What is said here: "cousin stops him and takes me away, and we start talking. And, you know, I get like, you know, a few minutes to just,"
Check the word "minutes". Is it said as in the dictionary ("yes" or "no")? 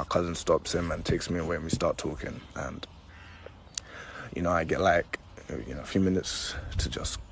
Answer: yes